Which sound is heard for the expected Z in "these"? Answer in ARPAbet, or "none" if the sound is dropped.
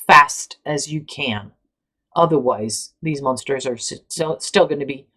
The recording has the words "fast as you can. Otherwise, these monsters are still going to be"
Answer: Z